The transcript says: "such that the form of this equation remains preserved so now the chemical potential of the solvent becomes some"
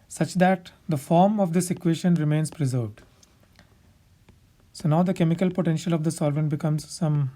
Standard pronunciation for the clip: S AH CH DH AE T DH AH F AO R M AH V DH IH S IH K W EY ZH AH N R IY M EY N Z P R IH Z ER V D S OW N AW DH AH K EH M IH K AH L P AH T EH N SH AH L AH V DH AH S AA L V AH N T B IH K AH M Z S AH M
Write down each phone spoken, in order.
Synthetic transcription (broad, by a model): S AH CH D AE T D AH F AO R M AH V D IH S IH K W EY SH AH N R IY M EY N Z P R IH Z ER V D S OW N AW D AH K EH M IH K AH L P AH T EH N SH AH L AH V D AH S AA L V AH N T B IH K AH M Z S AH M